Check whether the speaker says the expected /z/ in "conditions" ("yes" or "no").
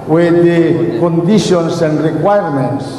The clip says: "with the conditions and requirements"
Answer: no